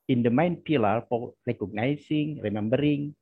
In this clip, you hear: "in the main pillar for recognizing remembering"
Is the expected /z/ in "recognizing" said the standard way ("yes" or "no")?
no